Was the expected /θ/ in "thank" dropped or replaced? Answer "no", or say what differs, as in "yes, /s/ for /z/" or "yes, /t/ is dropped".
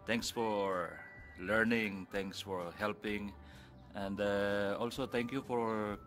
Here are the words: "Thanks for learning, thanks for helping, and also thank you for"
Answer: yes, /t/ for /θ/